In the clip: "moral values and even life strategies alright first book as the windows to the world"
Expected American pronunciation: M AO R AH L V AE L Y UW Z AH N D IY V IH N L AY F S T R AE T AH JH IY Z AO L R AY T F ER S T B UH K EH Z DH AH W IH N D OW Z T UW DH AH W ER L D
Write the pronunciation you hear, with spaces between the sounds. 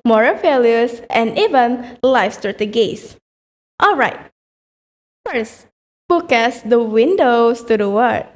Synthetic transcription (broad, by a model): M AO R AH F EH L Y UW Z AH N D IY V IH N L AY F S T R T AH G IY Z AO L R AY T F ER S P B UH K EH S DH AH W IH N D OW S T UW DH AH W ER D